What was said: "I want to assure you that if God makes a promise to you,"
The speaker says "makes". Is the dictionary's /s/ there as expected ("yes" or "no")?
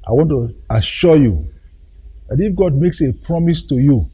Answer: yes